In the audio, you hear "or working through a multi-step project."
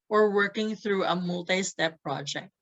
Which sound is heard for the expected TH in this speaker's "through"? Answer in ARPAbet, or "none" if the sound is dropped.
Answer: TH